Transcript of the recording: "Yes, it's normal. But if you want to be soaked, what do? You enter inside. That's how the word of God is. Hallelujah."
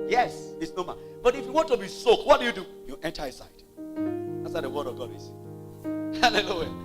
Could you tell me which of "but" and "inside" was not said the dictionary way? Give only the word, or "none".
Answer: inside